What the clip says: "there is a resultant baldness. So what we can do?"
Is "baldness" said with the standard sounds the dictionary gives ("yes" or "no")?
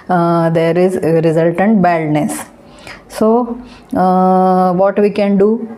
no